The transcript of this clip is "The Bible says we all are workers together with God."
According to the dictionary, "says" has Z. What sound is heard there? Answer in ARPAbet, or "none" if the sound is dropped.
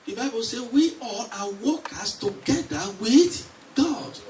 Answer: none